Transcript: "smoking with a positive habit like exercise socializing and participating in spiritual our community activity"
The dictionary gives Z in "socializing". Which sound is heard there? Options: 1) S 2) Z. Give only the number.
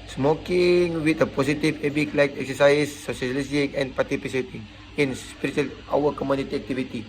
1